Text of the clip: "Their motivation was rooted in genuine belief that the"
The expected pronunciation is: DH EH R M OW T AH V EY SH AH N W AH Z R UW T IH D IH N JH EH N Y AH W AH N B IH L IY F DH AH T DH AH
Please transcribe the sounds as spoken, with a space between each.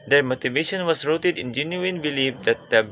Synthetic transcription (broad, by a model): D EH R M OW T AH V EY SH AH N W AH S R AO T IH D IH N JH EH N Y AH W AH N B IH L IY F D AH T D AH